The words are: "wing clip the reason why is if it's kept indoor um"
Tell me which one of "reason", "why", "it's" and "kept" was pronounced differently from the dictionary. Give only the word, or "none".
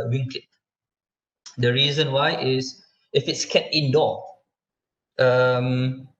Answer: kept